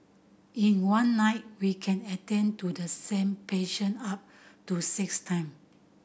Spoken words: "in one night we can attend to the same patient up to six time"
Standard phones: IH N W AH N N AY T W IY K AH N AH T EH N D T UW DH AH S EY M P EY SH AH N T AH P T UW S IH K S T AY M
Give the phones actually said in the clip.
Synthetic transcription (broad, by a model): IH N W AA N N AY T W IY K AH N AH T EH N T UW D AH S EY M P EY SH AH N AA P T UW S IH K S T AY M